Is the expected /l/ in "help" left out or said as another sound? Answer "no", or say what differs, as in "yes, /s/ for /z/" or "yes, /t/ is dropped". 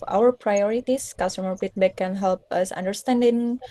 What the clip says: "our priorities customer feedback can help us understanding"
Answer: no